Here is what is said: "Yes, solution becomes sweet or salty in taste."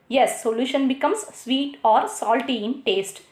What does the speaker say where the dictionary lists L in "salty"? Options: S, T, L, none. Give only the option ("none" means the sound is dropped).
L